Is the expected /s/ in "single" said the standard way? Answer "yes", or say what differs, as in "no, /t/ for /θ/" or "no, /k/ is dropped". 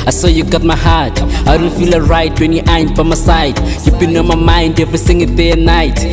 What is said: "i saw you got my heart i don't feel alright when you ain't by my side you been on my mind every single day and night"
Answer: no, /θ/ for /s/